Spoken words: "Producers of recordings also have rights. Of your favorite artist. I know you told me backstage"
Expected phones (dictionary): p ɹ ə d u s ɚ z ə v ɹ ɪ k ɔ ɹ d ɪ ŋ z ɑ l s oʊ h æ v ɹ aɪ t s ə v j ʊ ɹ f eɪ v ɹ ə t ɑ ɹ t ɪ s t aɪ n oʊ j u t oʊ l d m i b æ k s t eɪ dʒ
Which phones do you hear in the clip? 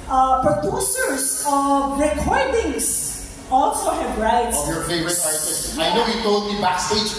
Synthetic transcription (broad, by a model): p ɹ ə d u s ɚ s ə v ɹ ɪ k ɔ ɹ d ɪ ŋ s ɑ l s oʊ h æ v ɹ aɪ t s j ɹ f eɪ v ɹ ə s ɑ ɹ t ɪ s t aɪ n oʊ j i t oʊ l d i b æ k s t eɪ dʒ